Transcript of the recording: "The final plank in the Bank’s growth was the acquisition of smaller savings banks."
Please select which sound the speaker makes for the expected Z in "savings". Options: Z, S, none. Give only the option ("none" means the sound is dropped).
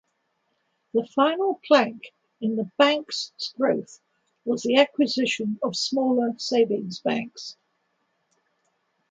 Z